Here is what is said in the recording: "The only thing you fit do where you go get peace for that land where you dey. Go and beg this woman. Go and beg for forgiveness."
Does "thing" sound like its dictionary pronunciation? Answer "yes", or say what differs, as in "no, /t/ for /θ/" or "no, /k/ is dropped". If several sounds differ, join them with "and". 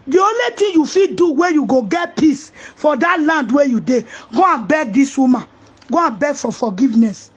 no, /t/ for /θ/